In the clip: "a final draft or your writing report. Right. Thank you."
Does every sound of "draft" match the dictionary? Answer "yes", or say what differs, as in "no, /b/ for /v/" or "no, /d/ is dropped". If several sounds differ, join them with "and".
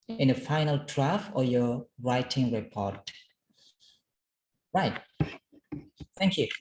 no, /t/ is dropped